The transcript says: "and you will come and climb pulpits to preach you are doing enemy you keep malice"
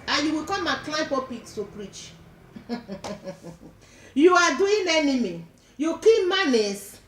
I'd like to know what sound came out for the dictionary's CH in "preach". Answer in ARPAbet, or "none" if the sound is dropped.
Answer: CH